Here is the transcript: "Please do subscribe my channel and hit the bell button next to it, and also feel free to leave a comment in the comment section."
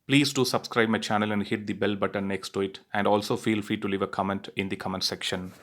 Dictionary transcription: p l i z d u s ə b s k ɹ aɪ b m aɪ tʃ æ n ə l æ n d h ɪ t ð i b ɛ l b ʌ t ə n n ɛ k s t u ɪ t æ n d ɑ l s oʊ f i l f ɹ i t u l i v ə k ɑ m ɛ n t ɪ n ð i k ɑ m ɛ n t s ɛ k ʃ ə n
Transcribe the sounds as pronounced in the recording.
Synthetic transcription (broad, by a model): p l i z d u s ə b s k ɹ aɪ b m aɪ tʃ æ n ə l æ n d h ɪ t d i b ɛ l b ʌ t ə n n ɛ k s t u ɪ t æ n d ɑ l s oʊ f i l f ɹ i t u l i v ə k ɑ m ɛ n t ɪ n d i k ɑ m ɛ n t s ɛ k ʃ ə n